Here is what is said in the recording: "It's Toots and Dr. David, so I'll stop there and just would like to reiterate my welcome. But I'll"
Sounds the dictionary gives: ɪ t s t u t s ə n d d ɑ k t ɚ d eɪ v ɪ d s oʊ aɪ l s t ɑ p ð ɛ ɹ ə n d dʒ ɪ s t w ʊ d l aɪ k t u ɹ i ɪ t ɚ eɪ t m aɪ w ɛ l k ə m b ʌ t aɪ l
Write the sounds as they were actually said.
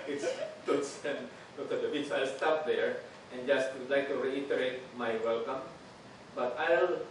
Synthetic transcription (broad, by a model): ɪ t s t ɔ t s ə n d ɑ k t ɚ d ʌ b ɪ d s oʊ aɪ l s t ɑ p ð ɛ ɹ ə n dʒ ɪ s t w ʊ d l aɪ k t u ɹ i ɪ t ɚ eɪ t m aɪ w ɛ l k ə m b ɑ t aɪ l